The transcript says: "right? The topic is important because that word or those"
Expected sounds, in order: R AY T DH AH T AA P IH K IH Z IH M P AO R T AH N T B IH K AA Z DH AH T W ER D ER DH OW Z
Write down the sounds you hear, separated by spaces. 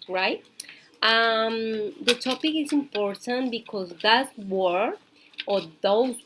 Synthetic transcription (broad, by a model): R AY T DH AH T AA P IH K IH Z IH M P AO R T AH N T B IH K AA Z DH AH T W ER ER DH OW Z